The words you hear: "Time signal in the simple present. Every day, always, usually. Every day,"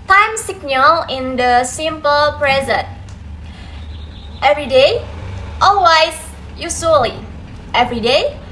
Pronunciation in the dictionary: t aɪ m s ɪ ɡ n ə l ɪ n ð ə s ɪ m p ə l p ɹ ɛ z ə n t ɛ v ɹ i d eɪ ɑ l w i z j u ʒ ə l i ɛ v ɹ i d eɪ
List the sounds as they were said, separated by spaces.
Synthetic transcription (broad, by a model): t aɪ m s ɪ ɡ n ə l ɪ n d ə s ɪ m p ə l p ɹ ɛ z ə n t ɛ v ɹ i d eɪ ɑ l w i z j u s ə l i ɛ v ɹ i d eɪ